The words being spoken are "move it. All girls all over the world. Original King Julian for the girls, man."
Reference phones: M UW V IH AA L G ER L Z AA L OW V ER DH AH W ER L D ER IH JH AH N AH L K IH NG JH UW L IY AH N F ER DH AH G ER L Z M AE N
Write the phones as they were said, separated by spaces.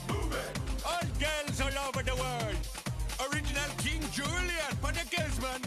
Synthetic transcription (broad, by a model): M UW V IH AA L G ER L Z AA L OW V ER DH AH W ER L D ER IH JH AH N AH L K IH NG JH UW L IY AH N P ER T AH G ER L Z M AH N